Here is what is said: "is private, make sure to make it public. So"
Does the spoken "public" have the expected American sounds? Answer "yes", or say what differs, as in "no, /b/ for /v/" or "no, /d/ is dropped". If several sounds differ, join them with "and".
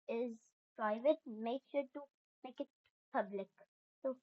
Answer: yes